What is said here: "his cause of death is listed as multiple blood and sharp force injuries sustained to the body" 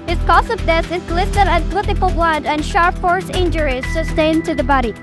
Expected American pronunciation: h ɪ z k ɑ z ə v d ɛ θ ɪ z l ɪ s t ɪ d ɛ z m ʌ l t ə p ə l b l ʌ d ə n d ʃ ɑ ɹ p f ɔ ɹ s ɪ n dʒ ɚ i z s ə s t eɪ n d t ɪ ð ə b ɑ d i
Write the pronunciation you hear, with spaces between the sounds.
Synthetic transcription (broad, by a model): h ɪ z k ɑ s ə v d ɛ s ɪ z l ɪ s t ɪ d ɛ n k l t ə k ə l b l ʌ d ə n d ʃ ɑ ɹ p f ɔ ɹ s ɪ n dʒ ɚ i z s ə s t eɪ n t ɪ ð ə b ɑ d i